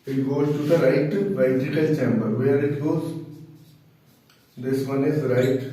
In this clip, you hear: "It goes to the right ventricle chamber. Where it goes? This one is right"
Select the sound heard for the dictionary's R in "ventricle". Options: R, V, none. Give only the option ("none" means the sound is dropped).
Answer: none